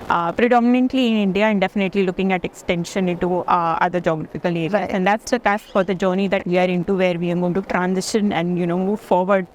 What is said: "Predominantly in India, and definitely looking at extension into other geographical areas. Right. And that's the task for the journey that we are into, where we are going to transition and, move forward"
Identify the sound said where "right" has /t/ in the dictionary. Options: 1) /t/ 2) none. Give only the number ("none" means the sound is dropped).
2